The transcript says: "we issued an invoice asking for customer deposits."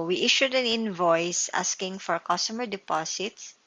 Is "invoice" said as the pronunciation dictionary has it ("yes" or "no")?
yes